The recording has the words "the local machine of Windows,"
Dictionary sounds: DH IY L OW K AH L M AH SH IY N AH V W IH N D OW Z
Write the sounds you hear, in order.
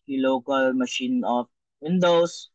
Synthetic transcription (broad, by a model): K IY L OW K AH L M AH SH IY N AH F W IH N D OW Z